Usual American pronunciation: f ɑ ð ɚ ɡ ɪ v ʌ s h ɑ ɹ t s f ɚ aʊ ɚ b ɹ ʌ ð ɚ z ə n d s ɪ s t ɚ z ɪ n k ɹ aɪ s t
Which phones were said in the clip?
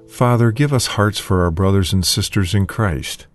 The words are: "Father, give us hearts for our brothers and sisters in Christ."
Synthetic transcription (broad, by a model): f ɑ ð ɚ ɡ ɪ v ʌ s h ɑ ɹ t s f ɚ aʊ ɚ b ɹ ʌ ð ɚ z ə n d s ɪ s t ɚ z ɪ n k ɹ aɪ s t